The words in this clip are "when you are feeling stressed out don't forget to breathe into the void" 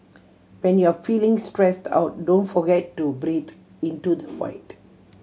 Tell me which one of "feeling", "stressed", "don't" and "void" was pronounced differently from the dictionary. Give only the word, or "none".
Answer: void